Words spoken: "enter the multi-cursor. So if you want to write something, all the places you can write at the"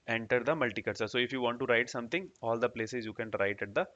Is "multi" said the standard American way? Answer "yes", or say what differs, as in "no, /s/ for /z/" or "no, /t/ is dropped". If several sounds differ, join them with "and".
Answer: yes